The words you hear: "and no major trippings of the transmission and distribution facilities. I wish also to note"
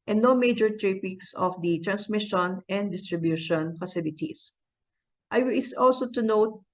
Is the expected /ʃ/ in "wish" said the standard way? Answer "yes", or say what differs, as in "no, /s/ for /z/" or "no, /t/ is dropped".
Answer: no, /s/ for /ʃ/